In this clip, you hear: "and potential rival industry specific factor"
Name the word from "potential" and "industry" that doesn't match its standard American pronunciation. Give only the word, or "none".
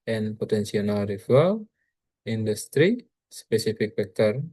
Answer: potential